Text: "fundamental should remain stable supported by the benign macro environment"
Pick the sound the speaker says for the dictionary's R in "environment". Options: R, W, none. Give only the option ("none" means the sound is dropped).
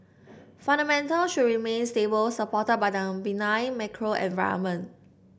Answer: none